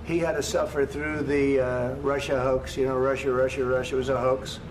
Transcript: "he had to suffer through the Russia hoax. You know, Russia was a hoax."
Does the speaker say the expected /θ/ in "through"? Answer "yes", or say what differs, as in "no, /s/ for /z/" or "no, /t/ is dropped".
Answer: yes